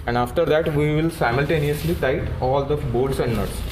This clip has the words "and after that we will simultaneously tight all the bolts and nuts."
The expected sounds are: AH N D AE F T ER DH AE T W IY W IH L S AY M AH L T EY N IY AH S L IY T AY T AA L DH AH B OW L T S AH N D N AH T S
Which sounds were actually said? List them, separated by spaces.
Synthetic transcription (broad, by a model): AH N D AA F T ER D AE T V IY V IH L S AY M AH L T EY N IY AH S L IY T AY T AA L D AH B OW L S AH N D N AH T S